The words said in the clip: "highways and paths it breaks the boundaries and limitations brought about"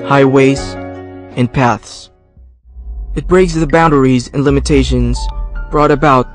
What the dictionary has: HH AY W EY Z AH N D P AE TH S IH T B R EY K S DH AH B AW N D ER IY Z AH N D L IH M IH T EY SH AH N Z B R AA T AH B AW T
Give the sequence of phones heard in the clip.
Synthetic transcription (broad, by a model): HH AY W EY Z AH N P AE TH S IH T B R EY K S DH AH B AW N D ER IY Z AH N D L IH M IH T EY SH AH N Z B R AA T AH B AW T